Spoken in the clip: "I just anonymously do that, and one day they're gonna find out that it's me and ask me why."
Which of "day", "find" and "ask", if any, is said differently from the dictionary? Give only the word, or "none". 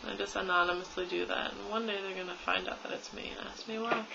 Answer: none